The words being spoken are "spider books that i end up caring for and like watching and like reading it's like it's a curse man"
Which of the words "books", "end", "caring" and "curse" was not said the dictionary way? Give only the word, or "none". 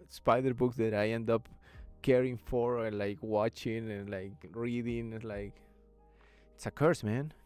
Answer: none